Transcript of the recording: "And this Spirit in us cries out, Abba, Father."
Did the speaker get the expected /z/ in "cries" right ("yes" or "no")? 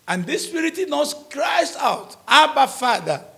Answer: no